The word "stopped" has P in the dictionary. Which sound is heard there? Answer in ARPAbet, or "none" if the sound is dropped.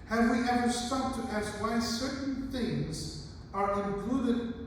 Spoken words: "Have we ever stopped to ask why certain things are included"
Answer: none